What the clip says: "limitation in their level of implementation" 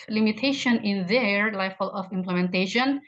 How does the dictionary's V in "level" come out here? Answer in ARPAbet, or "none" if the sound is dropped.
F